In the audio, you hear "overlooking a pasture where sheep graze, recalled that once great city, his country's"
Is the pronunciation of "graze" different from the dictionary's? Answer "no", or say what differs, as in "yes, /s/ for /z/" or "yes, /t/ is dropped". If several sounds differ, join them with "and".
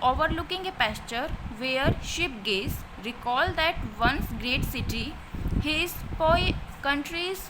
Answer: yes, /ɹ/ is dropped